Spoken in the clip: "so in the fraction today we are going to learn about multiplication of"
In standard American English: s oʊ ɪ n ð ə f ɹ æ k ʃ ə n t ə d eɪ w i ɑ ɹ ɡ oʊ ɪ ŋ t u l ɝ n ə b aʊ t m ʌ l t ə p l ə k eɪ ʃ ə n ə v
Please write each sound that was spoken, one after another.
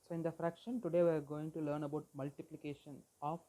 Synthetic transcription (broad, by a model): s oʊ ɪ n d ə f ɹ æ k ʃ ə n t ə d eɪ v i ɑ ɹ ɡ oʊ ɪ ŋ t u l ɝ n ə b aʊ t m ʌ l t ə p l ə k eɪ ʃ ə n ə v